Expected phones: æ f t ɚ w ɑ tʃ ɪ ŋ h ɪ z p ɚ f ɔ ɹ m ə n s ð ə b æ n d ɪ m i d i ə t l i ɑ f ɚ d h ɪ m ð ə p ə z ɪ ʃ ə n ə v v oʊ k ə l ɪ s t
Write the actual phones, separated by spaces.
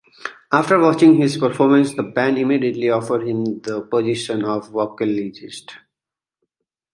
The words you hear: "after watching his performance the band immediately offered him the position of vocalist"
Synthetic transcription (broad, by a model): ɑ f t ɚ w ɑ tʃ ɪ ŋ h ɪ z p ɚ f ɔ ɹ m ə n s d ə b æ n ɪ m i d i ə t l i ɑ f ɚ d h ɪ m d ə p ə z ɪ ʃ ə n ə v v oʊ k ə l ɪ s t